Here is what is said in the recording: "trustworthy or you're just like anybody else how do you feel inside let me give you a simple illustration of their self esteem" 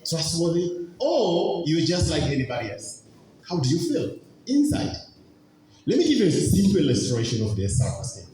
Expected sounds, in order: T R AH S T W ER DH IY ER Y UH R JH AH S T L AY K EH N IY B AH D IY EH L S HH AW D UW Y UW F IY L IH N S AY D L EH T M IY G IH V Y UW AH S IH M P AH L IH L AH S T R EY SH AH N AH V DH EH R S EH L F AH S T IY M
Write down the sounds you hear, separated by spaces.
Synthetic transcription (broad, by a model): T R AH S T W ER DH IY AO Y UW W JH AH S T L AY K EH N IY B AH D IY EH L S HH AW D UW Y UW F IY L IH N S AY D L EH T M IY G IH V Y UW AH S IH M P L IH L AH S T R EY SH AH N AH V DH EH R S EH F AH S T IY